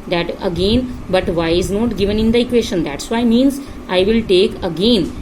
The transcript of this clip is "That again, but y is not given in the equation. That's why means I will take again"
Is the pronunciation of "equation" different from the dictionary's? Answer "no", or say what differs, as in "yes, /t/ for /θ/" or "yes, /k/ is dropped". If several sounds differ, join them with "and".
yes, /ʃ/ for /ʒ/